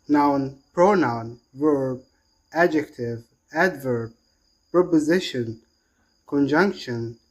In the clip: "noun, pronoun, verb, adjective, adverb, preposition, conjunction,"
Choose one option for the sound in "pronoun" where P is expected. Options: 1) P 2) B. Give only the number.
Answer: 1